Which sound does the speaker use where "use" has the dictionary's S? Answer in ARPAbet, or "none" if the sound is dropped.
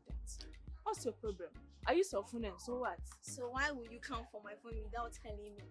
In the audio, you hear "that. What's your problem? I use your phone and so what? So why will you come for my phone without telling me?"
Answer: S